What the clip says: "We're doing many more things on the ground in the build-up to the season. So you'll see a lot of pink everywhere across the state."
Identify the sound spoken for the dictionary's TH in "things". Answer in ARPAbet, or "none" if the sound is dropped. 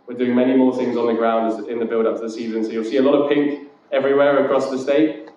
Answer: TH